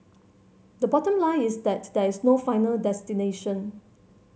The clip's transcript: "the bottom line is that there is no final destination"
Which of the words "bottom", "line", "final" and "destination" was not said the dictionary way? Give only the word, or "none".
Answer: line